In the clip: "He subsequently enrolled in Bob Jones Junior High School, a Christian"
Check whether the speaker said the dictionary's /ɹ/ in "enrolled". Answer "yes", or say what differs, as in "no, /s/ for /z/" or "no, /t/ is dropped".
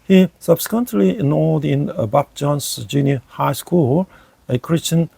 no, /ɹ/ is dropped